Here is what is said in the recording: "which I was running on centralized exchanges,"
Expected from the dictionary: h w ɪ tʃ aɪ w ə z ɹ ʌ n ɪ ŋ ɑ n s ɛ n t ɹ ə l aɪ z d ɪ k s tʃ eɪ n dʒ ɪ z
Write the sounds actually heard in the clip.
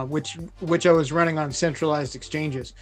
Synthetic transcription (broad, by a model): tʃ w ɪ tʃ aɪ w ə z ɹ ʌ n ɪ ŋ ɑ n s ɛ n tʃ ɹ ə l aɪ z d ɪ k s tʃ eɪ n dʒ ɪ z